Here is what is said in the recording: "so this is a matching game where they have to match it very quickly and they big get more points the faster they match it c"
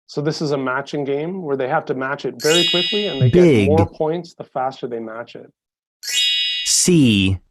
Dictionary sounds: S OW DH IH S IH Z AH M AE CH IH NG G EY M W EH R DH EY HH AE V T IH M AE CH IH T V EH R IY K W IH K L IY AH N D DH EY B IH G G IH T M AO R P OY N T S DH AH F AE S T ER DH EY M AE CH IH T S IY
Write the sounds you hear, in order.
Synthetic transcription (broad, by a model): S OW DH IH S IH Z AH M AE CH IH NG G EY M W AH R DH EY HH AE F T IH M AE CH IH T V EH R IY K W IH K L IY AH N DH EY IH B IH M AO R P OY N T S DH AH F AE S T ER DH EY M AE CH IH T S IY